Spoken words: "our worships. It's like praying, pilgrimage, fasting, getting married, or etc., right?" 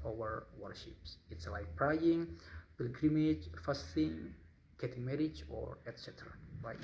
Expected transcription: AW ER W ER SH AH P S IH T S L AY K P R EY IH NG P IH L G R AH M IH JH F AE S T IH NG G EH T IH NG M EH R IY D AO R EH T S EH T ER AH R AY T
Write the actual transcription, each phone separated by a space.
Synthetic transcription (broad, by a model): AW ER W ER SH AH P S IH T S L AY K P R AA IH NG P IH L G R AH M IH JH F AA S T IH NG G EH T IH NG M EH R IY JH AO R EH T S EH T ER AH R AY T